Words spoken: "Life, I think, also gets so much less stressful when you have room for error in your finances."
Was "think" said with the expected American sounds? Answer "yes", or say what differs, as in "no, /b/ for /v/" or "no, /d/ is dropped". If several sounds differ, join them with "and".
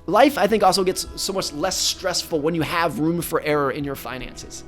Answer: yes